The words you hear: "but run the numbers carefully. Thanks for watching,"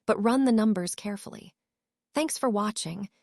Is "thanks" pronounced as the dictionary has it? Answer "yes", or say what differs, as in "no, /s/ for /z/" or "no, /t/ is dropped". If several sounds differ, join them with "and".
yes